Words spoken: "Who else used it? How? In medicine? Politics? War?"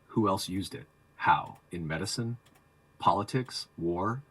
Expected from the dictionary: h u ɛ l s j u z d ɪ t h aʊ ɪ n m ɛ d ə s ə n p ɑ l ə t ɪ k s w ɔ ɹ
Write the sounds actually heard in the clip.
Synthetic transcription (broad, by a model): h u ɛ l s j u z d ɪ t h aʊ ɪ n m ɛ d ə s ə n p ɑ l ə t ɪ k s w ɔ ɹ